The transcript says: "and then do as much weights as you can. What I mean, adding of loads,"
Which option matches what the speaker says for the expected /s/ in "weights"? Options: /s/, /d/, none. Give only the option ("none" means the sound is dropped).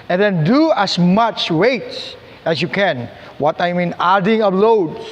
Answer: none